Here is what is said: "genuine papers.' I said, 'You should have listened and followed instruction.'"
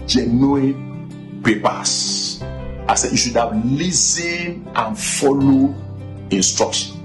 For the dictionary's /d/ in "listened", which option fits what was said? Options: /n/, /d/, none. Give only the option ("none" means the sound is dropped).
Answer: none